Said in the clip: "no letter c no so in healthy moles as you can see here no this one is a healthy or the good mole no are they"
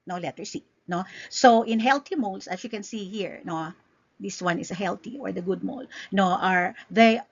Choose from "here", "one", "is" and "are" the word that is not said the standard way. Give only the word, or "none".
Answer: is